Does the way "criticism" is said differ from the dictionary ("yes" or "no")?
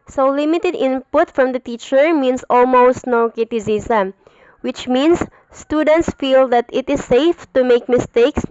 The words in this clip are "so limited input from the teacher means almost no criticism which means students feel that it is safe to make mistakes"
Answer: yes